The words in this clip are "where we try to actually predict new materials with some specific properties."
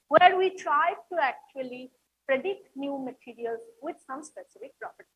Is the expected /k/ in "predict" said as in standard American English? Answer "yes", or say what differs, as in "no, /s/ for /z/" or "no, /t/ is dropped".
yes